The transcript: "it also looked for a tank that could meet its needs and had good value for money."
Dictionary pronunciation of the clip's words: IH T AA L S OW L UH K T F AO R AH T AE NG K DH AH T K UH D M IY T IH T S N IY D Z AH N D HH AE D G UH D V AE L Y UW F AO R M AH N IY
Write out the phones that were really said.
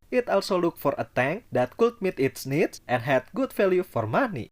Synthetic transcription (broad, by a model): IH T AA L S OW L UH K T F AO R AH T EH NG K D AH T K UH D M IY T IH T S N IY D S AH N D HH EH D G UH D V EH L Y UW F AO R M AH N IY